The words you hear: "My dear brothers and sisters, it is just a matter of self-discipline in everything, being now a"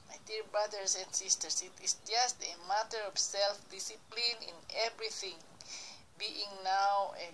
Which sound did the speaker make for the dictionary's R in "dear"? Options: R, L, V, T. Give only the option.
L